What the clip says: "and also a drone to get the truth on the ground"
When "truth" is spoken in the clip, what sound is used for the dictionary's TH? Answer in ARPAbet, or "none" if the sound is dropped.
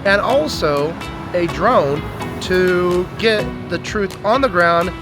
TH